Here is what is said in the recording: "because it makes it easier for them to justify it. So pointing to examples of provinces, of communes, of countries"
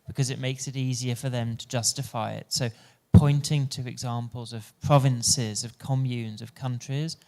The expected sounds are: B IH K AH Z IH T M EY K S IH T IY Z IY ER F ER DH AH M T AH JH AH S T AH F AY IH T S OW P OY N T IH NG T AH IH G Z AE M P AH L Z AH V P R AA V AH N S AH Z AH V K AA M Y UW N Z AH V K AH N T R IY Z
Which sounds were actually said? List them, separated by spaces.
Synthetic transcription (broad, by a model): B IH K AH Z IH T M EY K S IH T IY Z IY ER F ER DH AH M T AH JH AH S T AH F AY IH T S OW P OY N T IH NG T AH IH G Z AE M P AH L Z AH V P R AA V AH N S AH Z AH V K AA M Y UW N Z AH V K AH N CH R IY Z